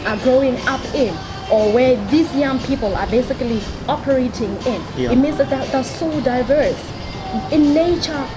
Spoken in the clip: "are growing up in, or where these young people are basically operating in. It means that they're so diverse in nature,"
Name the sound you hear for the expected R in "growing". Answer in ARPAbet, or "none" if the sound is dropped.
R